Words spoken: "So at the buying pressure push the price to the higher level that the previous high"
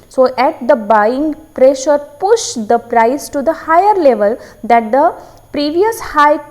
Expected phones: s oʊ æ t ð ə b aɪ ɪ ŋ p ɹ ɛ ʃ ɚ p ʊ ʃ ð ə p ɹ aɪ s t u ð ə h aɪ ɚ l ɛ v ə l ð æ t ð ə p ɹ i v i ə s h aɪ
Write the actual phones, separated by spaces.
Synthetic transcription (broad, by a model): s oʊ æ t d ə b aɪ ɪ ŋ p ɹ ɛ ʃ ɚ p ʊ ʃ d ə p ɹ aɪ s t u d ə h aɪ ɚ l ɛ v ə l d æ t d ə p ɹ i v i ə s h aɪ